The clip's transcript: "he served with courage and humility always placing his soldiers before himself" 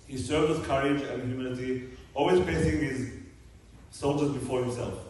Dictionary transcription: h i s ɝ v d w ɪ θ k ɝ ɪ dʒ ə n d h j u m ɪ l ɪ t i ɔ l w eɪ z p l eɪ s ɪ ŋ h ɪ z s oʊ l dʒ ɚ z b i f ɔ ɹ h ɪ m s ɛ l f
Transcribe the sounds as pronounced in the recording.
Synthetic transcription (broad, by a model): h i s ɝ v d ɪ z k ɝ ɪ dʒ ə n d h j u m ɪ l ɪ t i ɔ l w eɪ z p eɪ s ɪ ŋ h ɪ z s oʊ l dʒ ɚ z b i f ɔ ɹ h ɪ m s ɛ l f